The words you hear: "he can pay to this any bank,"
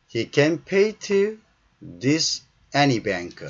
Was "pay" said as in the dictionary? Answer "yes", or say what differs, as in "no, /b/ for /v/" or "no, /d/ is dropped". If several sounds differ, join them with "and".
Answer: yes